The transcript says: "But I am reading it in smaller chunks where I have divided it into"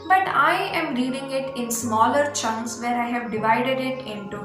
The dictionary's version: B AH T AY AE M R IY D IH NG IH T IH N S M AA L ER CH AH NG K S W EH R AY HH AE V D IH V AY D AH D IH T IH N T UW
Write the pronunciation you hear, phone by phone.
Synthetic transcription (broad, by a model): B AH T AY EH M R IY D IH NG IH T IH N S M AA L ER CH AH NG S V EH R AY HH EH V D IH V AY D AH D IH T IH N T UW